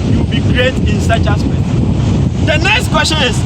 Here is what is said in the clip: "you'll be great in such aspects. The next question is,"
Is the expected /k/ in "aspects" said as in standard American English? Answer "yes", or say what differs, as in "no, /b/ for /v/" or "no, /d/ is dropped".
no, /k/ is dropped